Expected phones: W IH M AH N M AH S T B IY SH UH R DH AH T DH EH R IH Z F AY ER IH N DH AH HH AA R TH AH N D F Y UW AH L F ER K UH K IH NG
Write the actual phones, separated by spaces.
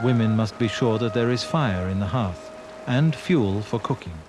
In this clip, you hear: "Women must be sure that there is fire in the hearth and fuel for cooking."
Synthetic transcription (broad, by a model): W IH M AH N M AH S T B IY SH UH R DH AH T DH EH R IH Z F AY ER IH N DH AH HH AA R TH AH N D F Y UW L F ER K UH K IH NG